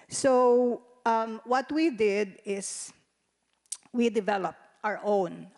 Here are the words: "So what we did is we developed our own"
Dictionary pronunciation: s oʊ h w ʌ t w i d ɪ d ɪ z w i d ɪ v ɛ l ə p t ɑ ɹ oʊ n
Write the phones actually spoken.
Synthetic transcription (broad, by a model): s oʊ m w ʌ t w i d ɪ d ɪ s w i d ɪ v ɛ l ə p t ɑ ɹ oʊ n